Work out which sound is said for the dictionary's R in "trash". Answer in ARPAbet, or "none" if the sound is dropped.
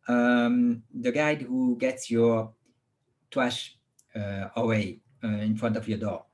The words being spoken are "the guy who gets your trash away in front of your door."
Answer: W